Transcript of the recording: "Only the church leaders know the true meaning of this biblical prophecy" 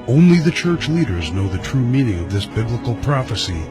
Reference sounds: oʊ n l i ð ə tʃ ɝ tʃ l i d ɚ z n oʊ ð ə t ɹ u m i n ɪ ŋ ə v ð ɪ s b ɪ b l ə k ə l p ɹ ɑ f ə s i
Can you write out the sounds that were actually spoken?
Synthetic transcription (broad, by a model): oʊ n l i ð ə tʃ ɝ tʃ l i d ɚ z n oʊ ð ə t ɹ u m i n ɪ ŋ ə v ð ɪ s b ɪ b l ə k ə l p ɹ ɑ f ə s i